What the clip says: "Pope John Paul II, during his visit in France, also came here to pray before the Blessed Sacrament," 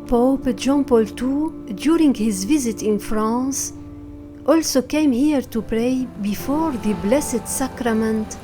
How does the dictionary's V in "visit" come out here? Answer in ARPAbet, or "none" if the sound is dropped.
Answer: V